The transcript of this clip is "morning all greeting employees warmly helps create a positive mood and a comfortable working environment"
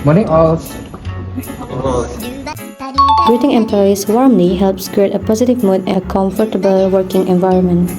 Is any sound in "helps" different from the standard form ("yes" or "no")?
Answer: no